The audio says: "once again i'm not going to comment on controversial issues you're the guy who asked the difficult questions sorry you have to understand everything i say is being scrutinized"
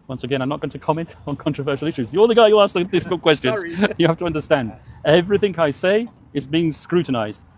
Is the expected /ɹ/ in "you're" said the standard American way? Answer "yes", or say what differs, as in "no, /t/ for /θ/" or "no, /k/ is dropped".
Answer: no, /l/ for /ɹ/